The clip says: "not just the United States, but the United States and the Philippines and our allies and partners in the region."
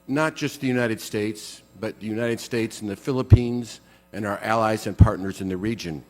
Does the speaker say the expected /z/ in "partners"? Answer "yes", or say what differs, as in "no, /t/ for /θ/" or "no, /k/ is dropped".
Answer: yes